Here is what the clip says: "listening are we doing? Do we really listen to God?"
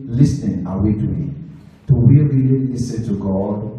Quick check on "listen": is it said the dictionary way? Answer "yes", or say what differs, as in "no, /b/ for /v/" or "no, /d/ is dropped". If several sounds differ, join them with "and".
no, /n/ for /l/